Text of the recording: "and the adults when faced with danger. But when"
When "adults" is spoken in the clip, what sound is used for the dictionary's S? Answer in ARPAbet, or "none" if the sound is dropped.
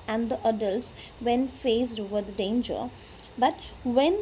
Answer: S